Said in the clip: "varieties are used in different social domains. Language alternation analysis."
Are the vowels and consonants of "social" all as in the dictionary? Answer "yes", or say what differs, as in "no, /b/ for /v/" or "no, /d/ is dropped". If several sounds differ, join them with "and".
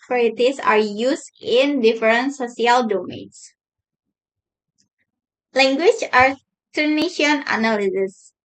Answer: no, /s/ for /ʃ/